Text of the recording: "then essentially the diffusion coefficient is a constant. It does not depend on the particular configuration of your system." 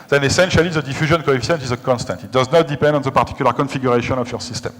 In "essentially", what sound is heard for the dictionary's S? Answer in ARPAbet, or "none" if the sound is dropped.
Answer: S